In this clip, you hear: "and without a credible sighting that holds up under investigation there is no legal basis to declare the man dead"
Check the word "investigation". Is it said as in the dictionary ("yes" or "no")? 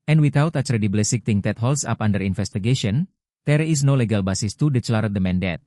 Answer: no